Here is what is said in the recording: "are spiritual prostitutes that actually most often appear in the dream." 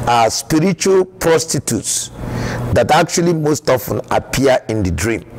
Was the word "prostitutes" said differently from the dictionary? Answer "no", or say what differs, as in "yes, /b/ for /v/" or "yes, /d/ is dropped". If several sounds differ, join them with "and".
no